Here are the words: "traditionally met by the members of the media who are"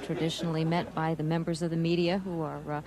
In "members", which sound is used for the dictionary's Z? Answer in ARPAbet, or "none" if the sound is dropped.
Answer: Z